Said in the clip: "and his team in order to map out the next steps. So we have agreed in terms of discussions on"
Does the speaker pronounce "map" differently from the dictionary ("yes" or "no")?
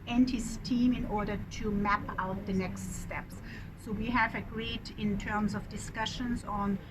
no